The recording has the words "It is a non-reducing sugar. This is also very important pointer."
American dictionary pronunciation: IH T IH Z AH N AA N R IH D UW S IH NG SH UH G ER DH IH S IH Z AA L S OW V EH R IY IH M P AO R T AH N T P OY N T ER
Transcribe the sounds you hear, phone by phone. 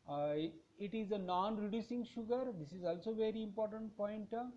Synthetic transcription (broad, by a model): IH T IH Z AH N AA N R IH D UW S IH NG SH UH G ER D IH S IH Z AA L S OW V EH R IY IH M P AO R T AH N T P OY N T